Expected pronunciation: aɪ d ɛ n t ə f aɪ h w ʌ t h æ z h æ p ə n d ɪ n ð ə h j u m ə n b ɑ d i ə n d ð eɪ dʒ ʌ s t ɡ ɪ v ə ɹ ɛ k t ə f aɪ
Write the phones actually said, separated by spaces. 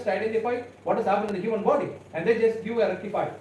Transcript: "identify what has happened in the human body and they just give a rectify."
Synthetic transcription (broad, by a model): aɪ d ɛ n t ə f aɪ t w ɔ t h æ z h æ p ə n d ɪ n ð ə h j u m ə n b ɑ d i ə n d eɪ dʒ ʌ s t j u ə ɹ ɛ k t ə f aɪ